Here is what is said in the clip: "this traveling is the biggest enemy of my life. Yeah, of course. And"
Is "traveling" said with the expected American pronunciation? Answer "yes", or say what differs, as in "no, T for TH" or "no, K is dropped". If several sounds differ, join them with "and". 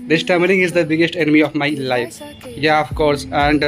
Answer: no, R is dropped